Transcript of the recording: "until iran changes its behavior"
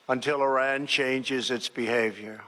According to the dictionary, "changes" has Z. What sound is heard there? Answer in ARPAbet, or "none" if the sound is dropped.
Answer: Z